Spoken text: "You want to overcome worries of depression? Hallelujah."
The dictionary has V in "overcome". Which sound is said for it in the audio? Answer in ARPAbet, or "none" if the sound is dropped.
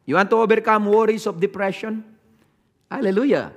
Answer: B